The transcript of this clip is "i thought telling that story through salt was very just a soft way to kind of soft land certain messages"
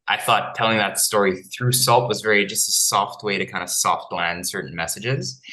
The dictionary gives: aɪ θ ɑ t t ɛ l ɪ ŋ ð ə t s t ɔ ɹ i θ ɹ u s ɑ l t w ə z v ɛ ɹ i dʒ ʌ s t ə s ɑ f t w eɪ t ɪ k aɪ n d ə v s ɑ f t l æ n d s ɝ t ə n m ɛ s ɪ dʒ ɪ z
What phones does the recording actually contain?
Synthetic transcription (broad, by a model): aɪ θ ɑ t t ɛ l ɪ ŋ ð ə t s t ɔ ɹ i θ ɹ u s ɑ l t w ə z v ɛ ɹ i dʒ ʌ s t ə s ɑ f t w eɪ t ɪ k aɪ n d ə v s ɑ f t l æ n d s ɝ t n m ɛ s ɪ dʒ ɪ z